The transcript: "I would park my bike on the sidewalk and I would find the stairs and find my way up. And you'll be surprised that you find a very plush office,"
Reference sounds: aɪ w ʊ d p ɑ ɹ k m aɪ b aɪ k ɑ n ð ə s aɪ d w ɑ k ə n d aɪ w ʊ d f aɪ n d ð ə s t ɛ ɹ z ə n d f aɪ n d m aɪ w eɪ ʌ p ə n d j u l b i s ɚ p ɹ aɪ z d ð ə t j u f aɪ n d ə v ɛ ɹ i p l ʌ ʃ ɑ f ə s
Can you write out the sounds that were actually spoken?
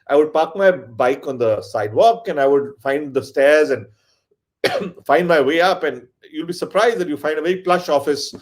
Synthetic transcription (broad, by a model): aɪ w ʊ d p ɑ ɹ k m aɪ b aɪ k ɑ n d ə s aɪ d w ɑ k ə n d aɪ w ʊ d f aɪ n d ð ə s t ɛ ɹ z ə n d f aɪ n d m aɪ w eɪ ʌ p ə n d j u l b i s ɚ p ɹ aɪ z d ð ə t j u f aɪ n d ə v ɛ ɹ i p l ʌ ʃ ɑ f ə s